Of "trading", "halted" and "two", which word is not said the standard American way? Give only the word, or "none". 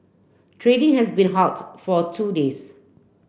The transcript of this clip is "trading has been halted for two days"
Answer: halted